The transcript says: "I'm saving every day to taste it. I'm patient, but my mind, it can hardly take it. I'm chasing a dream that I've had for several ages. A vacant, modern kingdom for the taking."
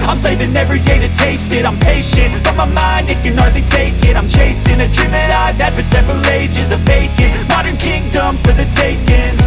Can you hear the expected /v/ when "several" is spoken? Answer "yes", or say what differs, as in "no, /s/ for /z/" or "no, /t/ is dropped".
yes